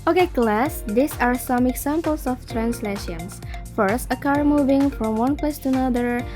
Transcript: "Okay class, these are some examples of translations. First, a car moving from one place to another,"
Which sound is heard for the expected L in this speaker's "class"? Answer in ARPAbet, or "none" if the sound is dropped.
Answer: L